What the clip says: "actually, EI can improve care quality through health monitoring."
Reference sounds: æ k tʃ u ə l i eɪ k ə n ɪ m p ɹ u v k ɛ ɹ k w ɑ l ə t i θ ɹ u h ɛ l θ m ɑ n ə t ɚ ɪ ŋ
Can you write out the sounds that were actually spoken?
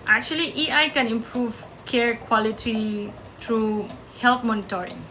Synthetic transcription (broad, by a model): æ k tʃ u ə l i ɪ k ə n ɪ m p ɹ u v k ɛ ɹ k w ɑ l ə t i t ɹ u h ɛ l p m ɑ n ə t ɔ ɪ ŋ